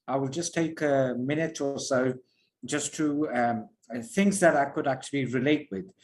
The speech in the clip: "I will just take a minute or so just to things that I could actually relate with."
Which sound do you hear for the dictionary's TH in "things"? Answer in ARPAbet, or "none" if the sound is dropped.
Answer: TH